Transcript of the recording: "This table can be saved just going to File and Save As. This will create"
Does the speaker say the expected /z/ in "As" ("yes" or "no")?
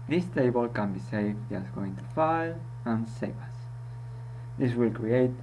no